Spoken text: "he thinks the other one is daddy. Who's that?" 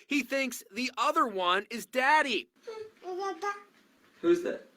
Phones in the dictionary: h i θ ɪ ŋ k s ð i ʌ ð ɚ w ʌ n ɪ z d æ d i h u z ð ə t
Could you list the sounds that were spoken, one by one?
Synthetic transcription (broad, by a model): h i θ ɪ ŋ k s ð i ʌ ð ɚ w ʌ n ɪ z d æ d i h u z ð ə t